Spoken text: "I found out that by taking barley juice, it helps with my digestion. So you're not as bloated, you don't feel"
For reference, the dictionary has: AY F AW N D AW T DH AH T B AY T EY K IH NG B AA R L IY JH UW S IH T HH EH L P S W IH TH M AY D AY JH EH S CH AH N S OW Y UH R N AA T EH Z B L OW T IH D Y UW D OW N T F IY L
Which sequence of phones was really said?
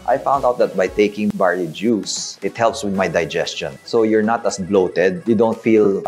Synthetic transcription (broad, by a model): AY F AW N D AW T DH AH T B AY T EY K IH NG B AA R IY JH UW S IH T HH EH L P S W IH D M AY D AY JH EH S CH AH N S OW Y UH R N AA T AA S B L OW T IH D Y UW D OW N T F IY L